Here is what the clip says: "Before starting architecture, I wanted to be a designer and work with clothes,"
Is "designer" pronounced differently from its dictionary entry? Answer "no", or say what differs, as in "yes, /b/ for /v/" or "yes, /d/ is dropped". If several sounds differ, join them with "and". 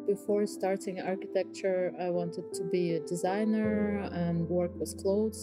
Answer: no